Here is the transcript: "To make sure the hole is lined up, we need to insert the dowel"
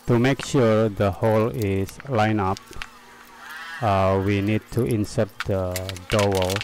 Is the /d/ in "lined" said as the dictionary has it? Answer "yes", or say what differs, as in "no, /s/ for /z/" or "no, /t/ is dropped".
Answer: no, /d/ is dropped